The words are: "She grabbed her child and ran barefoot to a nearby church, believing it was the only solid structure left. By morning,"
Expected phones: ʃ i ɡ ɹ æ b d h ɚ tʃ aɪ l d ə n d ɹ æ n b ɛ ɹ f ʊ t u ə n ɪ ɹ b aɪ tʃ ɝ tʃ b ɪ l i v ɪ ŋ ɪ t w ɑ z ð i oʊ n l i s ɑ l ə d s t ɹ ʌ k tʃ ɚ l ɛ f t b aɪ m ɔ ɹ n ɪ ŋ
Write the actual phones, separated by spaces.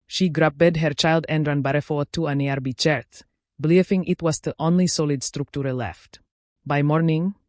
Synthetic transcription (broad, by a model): ʃ i ɡ ɹ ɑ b d h ɚ tʃ aɪ l d ə n d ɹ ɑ n b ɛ ɹ f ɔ t u ə n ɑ ɹ b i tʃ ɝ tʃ b l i f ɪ ŋ ɪ t w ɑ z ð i oʊ n l i s ɑ l ə d s t ɹ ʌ k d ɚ l ɛ f t b aɪ m ɔ ɹ n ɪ ŋ